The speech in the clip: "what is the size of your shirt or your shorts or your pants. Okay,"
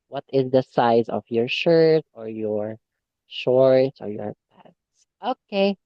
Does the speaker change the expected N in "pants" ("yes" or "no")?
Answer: yes